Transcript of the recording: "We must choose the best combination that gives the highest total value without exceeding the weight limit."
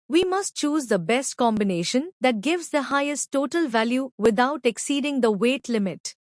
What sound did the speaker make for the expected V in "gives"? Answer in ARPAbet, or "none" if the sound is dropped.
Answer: V